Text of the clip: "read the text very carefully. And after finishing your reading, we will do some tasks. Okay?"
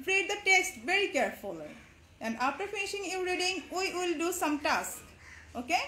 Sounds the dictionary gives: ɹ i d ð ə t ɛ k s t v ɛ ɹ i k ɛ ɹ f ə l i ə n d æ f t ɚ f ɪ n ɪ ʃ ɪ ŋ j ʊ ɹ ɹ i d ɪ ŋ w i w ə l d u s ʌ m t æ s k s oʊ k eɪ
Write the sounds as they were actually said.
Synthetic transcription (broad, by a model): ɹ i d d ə t ɛ k s t v ɛ ɹ i k ɛ ɹ f ə l i ə n d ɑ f t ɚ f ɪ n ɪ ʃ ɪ ŋ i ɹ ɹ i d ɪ ŋ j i w ə l d u s ʌ m t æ s k oʊ k eɪ